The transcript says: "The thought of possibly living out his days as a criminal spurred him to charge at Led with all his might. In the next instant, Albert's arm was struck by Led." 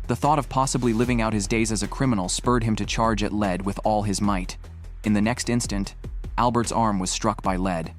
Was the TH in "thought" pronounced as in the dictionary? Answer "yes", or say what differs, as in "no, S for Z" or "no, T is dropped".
yes